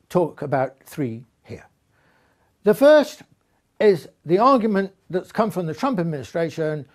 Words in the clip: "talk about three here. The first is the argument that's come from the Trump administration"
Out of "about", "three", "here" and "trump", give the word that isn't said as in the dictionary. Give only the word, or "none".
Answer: none